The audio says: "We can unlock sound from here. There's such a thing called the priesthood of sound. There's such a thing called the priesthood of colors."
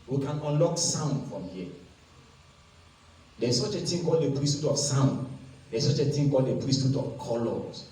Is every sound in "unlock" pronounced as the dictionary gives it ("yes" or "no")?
yes